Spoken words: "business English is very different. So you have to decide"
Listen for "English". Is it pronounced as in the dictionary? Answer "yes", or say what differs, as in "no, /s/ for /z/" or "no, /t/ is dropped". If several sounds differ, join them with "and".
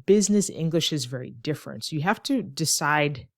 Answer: yes